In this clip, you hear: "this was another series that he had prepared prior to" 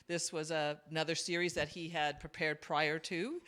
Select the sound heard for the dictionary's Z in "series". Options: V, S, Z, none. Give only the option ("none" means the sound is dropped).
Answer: Z